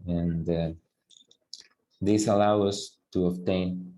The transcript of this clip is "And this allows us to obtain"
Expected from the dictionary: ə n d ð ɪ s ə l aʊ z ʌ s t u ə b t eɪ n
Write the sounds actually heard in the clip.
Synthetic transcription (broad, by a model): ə n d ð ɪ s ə l aʊ ʌ s t u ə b t eɪ n